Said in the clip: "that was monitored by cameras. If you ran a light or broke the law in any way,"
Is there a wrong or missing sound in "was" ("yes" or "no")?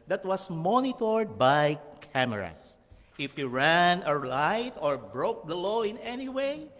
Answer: yes